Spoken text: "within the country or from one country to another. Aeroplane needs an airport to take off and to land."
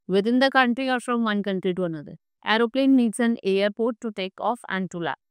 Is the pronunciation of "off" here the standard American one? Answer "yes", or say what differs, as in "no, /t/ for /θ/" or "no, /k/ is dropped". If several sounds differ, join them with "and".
yes